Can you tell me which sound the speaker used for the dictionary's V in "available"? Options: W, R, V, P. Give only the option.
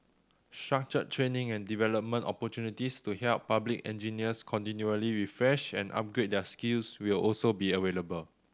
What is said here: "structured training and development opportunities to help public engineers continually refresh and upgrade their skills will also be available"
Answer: W